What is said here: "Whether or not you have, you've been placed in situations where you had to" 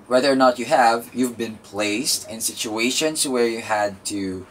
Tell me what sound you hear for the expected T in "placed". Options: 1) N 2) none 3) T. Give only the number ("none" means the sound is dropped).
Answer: 3